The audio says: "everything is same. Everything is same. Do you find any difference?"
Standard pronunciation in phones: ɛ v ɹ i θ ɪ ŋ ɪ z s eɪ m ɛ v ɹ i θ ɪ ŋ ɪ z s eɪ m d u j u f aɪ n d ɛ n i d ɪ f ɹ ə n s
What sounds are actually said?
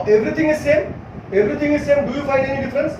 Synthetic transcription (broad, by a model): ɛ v ɹ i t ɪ ŋ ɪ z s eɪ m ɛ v ɹ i t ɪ ŋ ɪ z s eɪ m d u j u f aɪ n ɛ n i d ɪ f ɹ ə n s